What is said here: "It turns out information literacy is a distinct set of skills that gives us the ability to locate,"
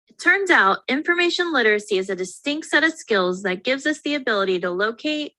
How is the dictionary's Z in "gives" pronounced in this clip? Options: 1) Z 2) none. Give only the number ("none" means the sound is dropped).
1